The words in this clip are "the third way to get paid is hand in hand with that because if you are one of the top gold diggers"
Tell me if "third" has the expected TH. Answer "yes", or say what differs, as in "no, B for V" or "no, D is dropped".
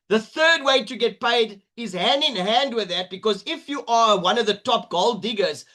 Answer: yes